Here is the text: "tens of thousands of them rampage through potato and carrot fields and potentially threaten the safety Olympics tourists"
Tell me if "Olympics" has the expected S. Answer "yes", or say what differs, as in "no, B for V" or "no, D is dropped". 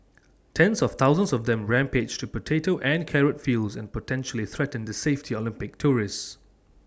no, S is dropped